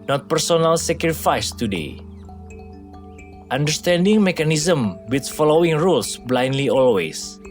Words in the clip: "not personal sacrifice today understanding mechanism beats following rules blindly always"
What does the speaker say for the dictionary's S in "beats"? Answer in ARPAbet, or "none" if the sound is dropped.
none